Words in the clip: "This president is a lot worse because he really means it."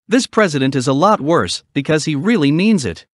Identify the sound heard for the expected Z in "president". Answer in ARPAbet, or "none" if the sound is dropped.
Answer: Z